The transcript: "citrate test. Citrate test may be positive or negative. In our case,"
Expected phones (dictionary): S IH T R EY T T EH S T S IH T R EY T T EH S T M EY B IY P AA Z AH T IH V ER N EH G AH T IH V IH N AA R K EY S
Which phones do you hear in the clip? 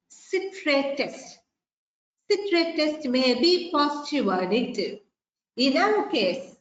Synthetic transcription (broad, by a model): S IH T R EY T T EH S T S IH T R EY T T EH S T M EY B IY P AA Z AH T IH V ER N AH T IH IH N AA W K EY S